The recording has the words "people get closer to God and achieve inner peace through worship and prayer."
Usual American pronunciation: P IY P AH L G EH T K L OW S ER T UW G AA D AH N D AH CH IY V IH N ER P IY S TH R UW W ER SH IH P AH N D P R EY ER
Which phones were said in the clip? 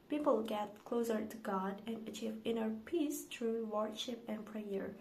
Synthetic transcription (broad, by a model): P IY P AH L G EH T K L OW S ER T UW G AA D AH N AH CH IY V IH N ER P IY S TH R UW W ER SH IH P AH N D P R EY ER